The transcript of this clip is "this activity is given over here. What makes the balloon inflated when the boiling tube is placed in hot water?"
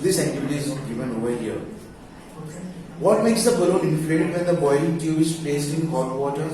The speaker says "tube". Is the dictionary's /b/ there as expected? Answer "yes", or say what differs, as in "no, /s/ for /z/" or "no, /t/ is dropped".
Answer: no, /b/ is dropped